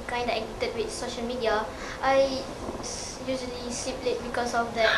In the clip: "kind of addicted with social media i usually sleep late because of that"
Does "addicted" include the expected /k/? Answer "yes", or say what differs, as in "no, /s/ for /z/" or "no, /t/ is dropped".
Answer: no, /k/ is dropped